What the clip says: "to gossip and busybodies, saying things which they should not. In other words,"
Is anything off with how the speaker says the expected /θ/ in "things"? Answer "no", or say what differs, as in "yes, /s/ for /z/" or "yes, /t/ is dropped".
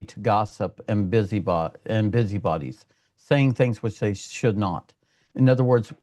no